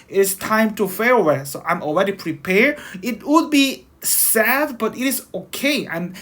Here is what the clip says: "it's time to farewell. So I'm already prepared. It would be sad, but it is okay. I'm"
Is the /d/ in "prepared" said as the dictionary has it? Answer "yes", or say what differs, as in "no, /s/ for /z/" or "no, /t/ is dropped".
no, /d/ is dropped